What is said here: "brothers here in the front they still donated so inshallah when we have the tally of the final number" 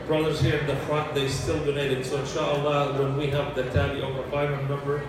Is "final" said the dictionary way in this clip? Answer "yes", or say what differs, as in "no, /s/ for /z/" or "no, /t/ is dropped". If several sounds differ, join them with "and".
no, /n/ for /l/